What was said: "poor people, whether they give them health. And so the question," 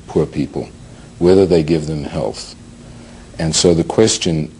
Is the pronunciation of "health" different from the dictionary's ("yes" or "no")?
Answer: no